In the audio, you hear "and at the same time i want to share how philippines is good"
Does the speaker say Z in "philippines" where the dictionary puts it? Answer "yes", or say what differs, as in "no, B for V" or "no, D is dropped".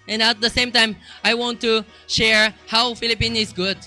no, Z is dropped